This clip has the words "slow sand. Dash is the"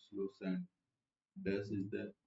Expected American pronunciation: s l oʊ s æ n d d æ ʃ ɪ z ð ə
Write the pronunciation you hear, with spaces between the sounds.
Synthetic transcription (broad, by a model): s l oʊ s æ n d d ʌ s ɪ z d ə